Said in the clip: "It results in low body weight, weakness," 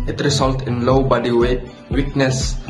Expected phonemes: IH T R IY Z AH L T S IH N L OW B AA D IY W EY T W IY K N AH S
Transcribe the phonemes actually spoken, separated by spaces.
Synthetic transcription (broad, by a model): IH T R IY S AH L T IH N L OW B AA D IY W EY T W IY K N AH S